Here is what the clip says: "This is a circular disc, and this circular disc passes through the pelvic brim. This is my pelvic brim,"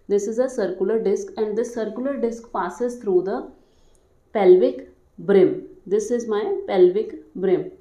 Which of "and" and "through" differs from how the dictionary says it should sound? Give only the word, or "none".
through